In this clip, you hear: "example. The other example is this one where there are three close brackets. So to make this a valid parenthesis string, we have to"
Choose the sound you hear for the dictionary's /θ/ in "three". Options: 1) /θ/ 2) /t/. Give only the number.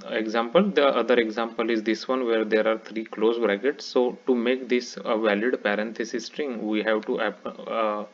2